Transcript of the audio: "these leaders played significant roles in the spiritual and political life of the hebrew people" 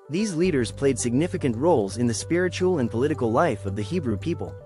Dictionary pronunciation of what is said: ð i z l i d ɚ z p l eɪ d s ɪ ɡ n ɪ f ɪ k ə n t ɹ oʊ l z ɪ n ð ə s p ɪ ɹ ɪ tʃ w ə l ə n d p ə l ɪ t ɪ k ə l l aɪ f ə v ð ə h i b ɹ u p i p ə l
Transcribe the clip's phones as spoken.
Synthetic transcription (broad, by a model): ð i z l i d ɚ z p l eɪ d s ɪ ɡ n ɪ f ɪ k ə n t ɹ oʊ l z ɪ n ð ə s p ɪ ɹ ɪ tʃ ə l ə n p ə l ɪ t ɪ k l l aɪ f ə v ð ə h i b ɹ u p i p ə l